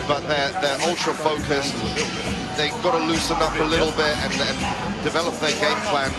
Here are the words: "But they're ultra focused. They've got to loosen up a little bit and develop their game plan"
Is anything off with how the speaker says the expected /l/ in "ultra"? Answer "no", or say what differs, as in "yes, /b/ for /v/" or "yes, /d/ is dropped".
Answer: no